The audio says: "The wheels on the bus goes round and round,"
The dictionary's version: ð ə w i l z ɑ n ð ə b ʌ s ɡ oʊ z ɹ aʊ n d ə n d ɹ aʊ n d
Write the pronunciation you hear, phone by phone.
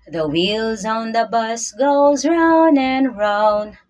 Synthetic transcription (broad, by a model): ð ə w i l z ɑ n ð ə b ʌ s ɡ oʊ z ɹ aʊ n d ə n ɹ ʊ n